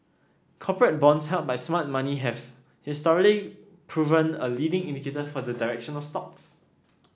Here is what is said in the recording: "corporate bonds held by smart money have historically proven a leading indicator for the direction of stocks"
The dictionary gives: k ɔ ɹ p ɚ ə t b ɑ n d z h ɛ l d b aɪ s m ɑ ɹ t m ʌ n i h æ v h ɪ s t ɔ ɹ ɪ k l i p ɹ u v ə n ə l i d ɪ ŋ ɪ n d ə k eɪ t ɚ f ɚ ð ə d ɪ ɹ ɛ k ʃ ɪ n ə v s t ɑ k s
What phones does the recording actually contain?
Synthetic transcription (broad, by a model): k ɔ p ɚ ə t b ɑ n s h ɛ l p b aɪ s m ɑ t m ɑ n i h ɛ f h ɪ s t ɔ ɹ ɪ l i p ɹ u v ə n ə l i d ɪ ŋ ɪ n d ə k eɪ t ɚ f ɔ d ə d ɪ ɹ ɛ k ʃ ɪ n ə f s t ɑ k s